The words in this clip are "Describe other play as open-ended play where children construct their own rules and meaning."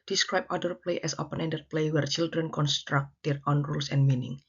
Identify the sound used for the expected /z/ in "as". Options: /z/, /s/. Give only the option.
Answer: /s/